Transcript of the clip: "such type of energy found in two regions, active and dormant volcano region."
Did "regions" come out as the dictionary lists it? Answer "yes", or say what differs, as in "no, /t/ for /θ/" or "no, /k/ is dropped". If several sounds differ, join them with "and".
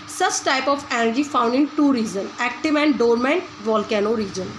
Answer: no, /z/ is dropped